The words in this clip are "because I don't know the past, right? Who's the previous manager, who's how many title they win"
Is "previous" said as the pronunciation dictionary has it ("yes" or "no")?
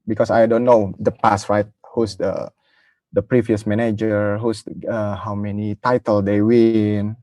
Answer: yes